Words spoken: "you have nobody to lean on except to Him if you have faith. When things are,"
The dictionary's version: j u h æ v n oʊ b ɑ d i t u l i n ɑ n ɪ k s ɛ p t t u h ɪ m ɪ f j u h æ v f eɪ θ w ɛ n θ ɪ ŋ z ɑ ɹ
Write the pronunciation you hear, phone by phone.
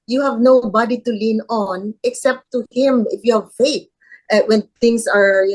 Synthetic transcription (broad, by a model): j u h æ v n oʊ b ɑ d i t u l i n ɑ n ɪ k s ɛ p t t u h ɪ m ɪ f j u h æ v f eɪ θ w ɛ n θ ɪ ŋ s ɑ ɹ